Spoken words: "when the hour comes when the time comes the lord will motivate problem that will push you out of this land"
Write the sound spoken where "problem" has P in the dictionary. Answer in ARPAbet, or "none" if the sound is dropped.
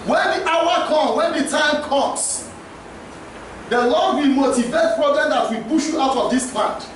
B